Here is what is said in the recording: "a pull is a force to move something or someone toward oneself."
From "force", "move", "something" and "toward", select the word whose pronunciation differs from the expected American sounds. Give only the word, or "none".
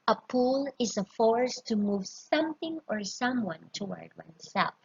none